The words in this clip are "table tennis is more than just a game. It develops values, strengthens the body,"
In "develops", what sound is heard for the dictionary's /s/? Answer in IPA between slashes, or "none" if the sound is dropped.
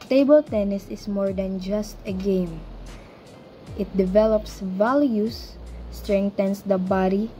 /s/